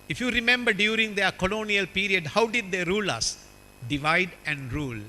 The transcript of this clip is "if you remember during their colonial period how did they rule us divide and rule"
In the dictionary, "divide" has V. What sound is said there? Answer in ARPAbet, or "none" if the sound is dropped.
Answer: V